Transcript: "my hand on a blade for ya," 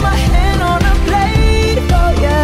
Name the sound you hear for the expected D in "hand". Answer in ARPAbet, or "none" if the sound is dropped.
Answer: none